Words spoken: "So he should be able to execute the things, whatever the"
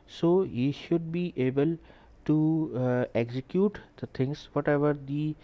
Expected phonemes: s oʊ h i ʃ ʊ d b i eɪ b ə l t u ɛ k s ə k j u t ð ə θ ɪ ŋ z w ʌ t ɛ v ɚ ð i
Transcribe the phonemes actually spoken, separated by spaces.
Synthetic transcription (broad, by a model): s oʊ h i ʃ ʊ d b i eɪ b ə l t u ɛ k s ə k j u t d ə t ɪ ŋ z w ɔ t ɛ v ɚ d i